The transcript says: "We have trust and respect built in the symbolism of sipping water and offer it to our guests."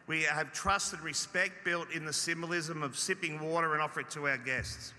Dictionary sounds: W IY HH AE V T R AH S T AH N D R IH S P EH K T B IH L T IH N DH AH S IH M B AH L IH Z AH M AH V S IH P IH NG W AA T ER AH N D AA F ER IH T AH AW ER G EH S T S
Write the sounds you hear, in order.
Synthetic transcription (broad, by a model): W IY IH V T R AH S T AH D R IH S P EH K T B IH L T IH N DH AH S IH M B AH L IH Z AH M AH V S IH P IH NG W AA T ER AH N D AA F ER IH T AH AW ER G EH S T S